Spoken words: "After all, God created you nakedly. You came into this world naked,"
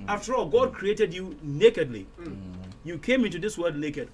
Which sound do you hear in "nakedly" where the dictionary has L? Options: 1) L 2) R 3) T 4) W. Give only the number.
1